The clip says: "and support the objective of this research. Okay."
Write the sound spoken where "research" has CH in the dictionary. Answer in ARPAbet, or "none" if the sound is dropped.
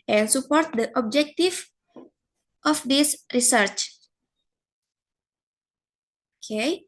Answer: CH